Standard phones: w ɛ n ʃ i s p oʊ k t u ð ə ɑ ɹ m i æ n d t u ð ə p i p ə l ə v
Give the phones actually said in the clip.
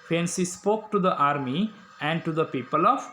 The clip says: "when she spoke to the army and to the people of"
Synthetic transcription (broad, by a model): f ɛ n s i s p oʊ k t u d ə ɑ ɹ m i æ n d t u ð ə p i p ə l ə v